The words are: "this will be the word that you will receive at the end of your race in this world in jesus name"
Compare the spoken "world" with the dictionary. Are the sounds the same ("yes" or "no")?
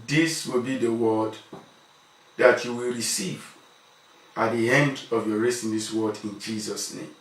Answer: no